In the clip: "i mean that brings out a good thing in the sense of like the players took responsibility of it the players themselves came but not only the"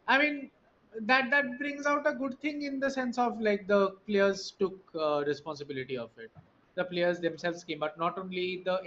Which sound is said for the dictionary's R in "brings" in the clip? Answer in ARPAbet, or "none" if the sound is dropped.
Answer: R